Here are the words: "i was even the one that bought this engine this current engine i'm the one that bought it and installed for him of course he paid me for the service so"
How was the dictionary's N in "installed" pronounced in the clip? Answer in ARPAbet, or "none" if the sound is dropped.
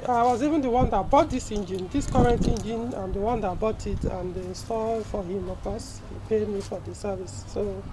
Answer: none